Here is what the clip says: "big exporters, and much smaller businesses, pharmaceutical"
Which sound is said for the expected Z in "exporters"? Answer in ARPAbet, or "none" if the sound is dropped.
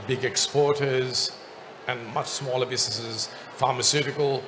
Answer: Z